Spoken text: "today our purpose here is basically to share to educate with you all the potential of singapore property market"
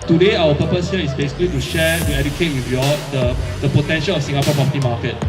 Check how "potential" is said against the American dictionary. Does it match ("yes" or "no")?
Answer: yes